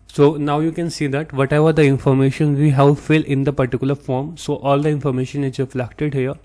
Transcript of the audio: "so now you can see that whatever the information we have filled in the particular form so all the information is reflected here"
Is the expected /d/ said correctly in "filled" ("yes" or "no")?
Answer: no